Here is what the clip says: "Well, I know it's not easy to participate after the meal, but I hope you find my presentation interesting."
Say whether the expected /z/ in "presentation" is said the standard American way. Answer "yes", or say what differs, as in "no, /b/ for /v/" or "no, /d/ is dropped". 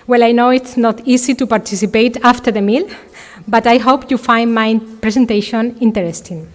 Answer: no, /s/ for /z/